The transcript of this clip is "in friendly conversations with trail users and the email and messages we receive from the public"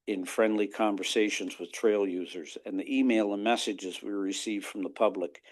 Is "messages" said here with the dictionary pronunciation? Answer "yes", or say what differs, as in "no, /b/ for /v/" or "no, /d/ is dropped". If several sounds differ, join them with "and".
yes